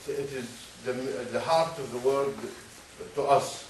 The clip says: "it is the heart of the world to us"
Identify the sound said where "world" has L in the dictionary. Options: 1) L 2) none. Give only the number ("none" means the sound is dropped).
2